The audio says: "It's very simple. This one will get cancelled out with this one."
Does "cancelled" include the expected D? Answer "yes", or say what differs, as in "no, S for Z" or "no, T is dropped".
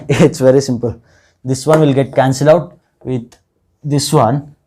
no, D is dropped